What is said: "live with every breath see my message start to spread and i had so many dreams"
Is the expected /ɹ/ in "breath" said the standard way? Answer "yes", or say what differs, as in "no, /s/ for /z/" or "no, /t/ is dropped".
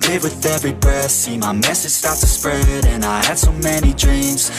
no, /ɹ/ is dropped